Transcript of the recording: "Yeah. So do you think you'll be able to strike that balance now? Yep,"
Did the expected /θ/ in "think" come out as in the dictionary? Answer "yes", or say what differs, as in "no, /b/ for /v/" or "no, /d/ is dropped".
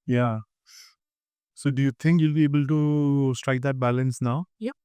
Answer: no, /t/ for /θ/